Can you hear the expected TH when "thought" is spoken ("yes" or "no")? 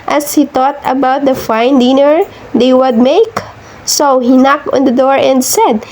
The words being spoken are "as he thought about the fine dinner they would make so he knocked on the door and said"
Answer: no